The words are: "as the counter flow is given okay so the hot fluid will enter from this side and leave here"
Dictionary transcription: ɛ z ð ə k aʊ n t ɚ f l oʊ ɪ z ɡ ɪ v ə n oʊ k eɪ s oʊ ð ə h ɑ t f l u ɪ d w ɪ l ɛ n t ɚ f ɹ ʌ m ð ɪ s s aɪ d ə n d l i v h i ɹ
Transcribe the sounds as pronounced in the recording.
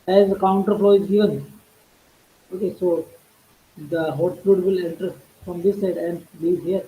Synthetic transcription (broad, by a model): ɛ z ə k aʊ n t ɚ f l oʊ ɪ z ɡ ɪ v ə n oʊ k eɪ s oʊ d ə h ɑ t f u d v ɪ l ɛ n t ɚ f ɹ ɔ m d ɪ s s aɪ d ə n d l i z h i ɹ